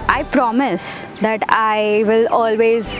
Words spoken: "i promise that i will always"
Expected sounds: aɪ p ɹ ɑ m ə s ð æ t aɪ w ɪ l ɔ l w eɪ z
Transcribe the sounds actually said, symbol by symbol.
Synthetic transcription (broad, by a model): aɪ p ɹ ɑ m ə s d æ t aɪ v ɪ l ɔ l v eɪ z